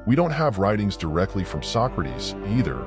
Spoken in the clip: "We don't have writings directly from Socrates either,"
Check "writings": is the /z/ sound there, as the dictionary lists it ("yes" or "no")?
yes